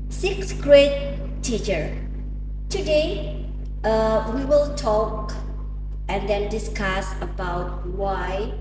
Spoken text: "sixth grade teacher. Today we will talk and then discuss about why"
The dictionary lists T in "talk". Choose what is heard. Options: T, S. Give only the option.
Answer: T